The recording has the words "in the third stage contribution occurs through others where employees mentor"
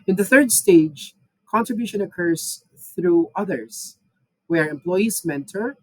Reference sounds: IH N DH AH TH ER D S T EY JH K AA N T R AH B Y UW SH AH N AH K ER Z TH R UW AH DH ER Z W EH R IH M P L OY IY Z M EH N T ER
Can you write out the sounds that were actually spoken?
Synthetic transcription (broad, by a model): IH N DH AH TH ER D S T EY JH K AA N T R AH B Y UW SH AH N AH K ER Z TH R UW AH DH ER Z W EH R IH M P L OY IY Z M EH N T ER